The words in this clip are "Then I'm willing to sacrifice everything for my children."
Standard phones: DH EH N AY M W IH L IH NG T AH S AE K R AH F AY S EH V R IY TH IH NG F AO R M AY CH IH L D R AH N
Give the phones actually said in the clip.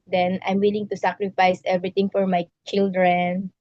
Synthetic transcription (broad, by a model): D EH N AY M W IH L IH NG T AH S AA K R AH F AY S EH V R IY T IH NG F AO R M AY CH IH L D R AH N